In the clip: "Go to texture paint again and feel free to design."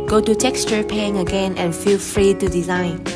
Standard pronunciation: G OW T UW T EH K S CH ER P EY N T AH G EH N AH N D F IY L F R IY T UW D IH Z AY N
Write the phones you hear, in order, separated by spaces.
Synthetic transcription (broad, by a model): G OW T UW T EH K S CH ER P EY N AH G EH N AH N F IY L F R IY T UW D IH Z AY N